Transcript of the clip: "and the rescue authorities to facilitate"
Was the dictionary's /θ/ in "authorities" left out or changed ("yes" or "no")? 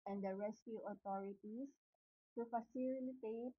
yes